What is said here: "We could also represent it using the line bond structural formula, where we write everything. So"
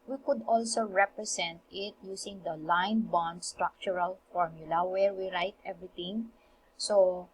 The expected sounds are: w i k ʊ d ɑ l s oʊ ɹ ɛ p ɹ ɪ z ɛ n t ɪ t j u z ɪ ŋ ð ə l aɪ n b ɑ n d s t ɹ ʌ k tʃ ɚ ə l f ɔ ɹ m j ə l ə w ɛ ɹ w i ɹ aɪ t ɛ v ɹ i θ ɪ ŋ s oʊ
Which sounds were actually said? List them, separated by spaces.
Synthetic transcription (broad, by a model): w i k ʊ d ɑ l s oʊ ɹ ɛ p ɹ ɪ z ɛ n t ɪ t j u s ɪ ŋ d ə l aɪ n b ɑ n d s t ɹ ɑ k tʃ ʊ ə l f ɔ ɹ m j ə l ə w ɛ ɹ w i ɹ aɪ t ɛ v ɹ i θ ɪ ŋ s oʊ